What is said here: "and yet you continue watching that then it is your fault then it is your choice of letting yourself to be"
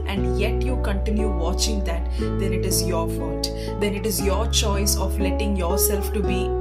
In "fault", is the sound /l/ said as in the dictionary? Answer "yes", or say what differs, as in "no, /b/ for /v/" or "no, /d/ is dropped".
no, /l/ is dropped